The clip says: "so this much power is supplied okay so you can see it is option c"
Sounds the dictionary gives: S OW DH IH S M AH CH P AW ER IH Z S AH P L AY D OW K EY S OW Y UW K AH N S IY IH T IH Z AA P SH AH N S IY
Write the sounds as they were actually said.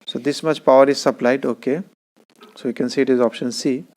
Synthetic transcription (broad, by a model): S OW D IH S M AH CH P AW ER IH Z S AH P L AY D OW K EY S OW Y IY K AH N S IY IH T IH Z AA P SH AH N S IY